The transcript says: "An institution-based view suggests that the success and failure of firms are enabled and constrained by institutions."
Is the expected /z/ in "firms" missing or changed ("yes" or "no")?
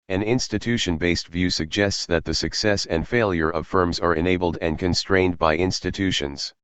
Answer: no